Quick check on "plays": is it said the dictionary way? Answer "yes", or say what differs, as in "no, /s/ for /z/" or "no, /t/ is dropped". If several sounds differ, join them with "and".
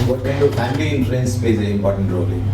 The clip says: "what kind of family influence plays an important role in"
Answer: no, /l/ is dropped